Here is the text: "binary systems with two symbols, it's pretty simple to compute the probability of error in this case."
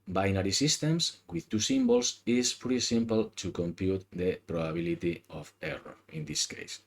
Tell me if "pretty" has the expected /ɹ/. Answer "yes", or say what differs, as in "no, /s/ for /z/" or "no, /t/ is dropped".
no, /ɹ/ is dropped